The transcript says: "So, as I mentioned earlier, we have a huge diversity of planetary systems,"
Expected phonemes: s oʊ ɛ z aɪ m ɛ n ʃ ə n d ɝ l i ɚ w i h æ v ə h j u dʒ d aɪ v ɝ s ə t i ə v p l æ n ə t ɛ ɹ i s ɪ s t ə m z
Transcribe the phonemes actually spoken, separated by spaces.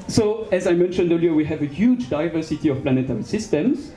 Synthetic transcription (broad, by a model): s oʊ ɛ z aɪ m ɛ n ʃ ə n d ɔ l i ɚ w i h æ v ə h j u dʒ d aɪ v ɝ s ə t i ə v p l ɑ n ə t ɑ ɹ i s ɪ s t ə m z